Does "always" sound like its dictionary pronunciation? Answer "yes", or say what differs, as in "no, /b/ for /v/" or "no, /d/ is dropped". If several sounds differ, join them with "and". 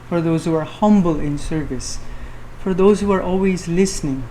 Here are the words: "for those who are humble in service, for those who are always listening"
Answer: yes